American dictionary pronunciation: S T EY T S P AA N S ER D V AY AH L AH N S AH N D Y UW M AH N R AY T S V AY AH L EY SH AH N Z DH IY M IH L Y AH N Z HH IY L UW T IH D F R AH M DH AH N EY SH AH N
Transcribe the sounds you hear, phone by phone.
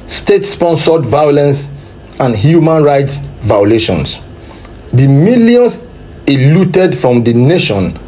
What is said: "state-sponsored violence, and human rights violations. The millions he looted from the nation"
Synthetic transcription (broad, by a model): S T EY T S P AA N S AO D V AY AH L AH N S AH N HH Y UW M AH N R AY T S V AY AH L EY SH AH N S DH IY M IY L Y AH N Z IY L UW T IH D F R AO M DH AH N EY SH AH N